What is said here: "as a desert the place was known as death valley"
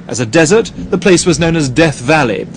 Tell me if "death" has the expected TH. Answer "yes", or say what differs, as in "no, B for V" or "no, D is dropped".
yes